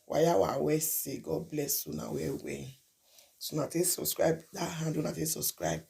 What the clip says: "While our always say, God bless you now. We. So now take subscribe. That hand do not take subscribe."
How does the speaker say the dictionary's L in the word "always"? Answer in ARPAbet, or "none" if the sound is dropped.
none